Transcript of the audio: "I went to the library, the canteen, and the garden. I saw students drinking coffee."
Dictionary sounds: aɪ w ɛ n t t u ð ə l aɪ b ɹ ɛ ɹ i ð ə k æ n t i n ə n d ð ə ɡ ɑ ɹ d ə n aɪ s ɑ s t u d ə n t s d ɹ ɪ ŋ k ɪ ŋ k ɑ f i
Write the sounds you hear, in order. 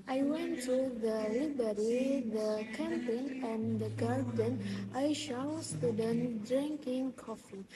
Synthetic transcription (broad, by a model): aɪ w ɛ n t t u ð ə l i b ɛ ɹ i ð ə k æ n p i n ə n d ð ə ɡ ɑ ɹ d ə n aɪ ʃ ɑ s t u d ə n d ɹ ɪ ŋ k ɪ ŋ k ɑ f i